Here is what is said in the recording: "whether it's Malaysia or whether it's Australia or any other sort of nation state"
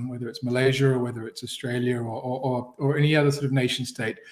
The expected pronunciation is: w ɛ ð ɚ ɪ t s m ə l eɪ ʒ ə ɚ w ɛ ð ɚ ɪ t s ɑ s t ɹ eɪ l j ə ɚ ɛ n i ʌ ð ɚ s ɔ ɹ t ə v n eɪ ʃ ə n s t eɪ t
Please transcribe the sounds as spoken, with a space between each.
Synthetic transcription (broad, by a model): w ɛ ð ɚ ɪ t s m ə l eɪ ʒ ə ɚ w ɛ ð ɚ ɪ t s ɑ s t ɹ eɪ l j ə ɚ ɛ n i ʌ ð ɚ s ɔ ɹ t ə v n eɪ ʃ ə n s t eɪ t